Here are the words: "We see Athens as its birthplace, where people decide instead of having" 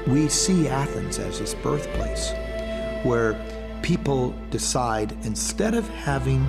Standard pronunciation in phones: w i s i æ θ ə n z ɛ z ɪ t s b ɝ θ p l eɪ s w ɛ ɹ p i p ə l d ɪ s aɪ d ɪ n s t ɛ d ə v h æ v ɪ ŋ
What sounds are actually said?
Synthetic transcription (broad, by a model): w i s i æ θ ə n z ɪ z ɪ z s b ɝ θ p l eɪ s w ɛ ɹ p i p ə l d ɪ s aɪ d ɪ n s t ɛ d ə v h æ v ɪ ŋ